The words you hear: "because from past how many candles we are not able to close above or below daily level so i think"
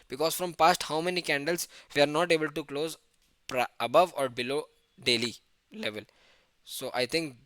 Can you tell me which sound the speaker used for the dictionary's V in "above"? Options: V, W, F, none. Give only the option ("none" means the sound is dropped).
V